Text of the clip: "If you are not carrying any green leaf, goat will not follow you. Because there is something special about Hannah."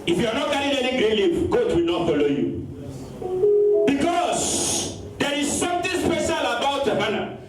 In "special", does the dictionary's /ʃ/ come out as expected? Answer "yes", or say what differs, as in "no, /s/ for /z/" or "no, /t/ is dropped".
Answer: yes